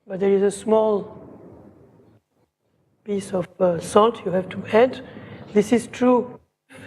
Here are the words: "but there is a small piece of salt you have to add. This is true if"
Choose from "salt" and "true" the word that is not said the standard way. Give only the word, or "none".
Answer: none